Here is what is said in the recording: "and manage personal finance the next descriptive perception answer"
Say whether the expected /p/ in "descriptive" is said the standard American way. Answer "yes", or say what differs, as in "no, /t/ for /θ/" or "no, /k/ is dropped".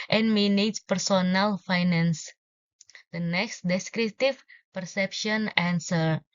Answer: no, /p/ is dropped